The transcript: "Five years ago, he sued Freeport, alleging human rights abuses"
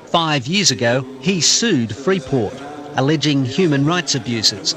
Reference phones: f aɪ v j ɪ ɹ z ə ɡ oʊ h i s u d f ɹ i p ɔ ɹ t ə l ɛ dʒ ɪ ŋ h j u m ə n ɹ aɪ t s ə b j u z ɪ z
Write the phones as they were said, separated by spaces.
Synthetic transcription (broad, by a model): f aɪ v j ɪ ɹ z ə ɡ oʊ i s u d f ɹ i p ɔ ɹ t ə l ɛ dʒ ɪ ŋ h j u m ə n ɹ aɪ t s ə b j u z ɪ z